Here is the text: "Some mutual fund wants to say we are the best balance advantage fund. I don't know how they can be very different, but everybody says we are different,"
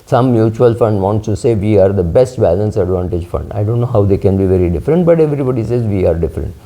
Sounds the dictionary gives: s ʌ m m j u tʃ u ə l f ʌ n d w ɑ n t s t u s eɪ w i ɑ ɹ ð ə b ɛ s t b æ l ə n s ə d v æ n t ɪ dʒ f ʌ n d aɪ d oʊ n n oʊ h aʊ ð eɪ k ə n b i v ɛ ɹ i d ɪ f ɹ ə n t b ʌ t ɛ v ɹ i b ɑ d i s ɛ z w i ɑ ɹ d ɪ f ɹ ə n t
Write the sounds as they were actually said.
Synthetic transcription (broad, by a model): s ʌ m m j u tʃ u ə l f ʌ n d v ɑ n t s t u s eɪ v i ɑ ɹ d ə b ɛ s t b æ l ə n s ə d v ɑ n t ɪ dʒ f ʌ n d aɪ d oʊ n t oʊ h aʊ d eɪ k ə n b i v ɛ ɹ i d ɪ f ɹ ə n t b ʌ t ɛ v ɹ i b ɑ d i s ɛ z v i ɑ ɹ d ɪ f ɹ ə n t